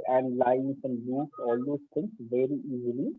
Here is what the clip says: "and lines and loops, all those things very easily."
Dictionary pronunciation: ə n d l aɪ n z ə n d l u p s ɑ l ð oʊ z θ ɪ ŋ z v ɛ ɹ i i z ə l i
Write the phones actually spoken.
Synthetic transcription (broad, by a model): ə n d l aɪ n s ə n d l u s ɑ l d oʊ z t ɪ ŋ s v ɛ ɹ i i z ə l i